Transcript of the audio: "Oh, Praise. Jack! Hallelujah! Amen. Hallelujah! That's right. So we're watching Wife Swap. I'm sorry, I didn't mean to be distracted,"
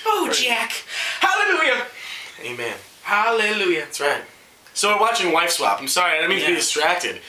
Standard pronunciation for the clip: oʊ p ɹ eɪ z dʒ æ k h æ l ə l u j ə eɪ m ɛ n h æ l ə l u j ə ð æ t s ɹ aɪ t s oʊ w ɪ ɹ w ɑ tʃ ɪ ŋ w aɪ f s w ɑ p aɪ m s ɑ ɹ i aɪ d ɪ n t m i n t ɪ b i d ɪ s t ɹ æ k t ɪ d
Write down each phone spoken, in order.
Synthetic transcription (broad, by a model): oʊ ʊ dʒ æ k h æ l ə l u j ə eɪ m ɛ n h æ l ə l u j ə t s ɹ aɪ t s oʊ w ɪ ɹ w ɑ tʃ ɪ ŋ w aɪ f s w ɑ p aɪ m s ɑ ɹ i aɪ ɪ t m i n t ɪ b i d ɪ s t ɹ æ k t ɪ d